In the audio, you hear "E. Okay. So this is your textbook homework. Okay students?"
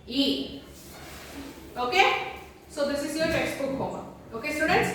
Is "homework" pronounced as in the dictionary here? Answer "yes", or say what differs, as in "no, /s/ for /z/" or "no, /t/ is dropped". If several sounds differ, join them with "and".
no, /k/ is dropped